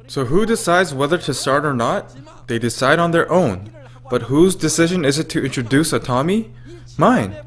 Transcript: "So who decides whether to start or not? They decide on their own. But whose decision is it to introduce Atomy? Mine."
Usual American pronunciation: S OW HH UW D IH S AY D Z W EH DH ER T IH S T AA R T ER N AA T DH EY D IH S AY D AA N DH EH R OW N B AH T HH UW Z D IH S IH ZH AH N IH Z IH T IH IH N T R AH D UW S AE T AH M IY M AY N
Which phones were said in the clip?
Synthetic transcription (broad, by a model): S OW HH UW D IH S AY D Z W EH DH ER T IH S T AA R T ER N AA T DH EY D IH S AY D N DH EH R OW N B AH T HH UW Z D IH S IH ZH AH N IH Z IH T IH IH N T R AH D UW S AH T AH M IY M AY N